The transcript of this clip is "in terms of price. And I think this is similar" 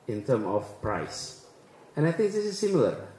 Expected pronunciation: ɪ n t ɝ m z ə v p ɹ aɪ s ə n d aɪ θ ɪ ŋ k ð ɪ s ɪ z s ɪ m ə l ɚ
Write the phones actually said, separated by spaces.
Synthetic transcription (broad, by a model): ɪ n t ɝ m ə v p ɹ aɪ s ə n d aɪ θ ɪ ŋ k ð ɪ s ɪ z s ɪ m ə l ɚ